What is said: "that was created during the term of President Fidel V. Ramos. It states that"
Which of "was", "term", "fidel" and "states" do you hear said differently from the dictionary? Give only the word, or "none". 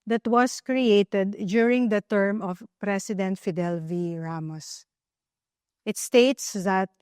was